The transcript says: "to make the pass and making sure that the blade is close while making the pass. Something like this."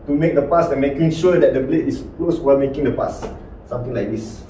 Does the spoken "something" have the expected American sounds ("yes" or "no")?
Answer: no